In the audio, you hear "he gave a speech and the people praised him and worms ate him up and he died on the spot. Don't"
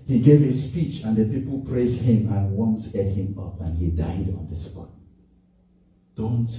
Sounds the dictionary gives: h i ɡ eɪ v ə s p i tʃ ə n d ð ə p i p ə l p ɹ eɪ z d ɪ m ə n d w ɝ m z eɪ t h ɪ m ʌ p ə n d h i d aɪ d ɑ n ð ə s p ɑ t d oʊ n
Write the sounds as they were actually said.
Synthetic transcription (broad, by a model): h i ɡ eɪ v ə s p i tʃ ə n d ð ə p i p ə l p ɹ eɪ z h ɪ m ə n w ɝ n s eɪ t h ɪ m ʌ p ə n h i d aɪ d ɑ n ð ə s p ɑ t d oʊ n